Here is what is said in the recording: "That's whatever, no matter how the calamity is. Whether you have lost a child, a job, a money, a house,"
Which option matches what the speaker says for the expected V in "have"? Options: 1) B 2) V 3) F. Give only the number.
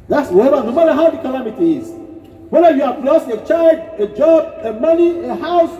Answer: 1